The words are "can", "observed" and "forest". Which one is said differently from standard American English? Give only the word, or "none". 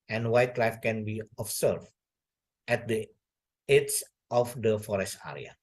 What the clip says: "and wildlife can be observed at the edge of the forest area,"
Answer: observed